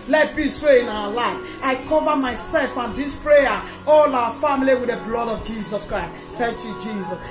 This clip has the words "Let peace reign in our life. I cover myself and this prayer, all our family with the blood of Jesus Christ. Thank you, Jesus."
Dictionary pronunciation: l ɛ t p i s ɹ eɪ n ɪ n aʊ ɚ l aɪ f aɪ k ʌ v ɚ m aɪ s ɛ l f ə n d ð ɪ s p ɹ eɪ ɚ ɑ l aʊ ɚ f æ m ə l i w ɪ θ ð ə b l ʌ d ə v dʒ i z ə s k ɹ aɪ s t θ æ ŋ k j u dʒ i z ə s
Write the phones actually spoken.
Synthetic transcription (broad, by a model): l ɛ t b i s w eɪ ɪ n aʊ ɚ l aɪ f aɪ k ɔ v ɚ m aɪ s ɛ l f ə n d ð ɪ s p ɹ eɪ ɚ ɑ l aʊ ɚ f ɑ m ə l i w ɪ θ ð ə b l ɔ d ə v dʒ i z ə s k ɹ aɪ s t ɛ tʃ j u dʒ i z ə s